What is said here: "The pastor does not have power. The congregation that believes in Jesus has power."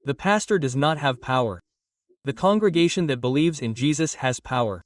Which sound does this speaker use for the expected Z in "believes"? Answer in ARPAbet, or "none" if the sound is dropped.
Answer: Z